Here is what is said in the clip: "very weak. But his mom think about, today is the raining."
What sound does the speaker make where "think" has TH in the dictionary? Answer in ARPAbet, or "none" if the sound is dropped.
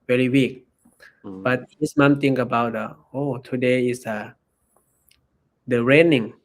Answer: T